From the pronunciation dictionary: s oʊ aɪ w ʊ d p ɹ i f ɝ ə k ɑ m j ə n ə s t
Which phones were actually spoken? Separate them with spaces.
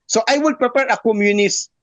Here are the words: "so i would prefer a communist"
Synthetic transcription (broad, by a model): s oʊ aɪ w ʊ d p ɹ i p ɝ ə k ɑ m j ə n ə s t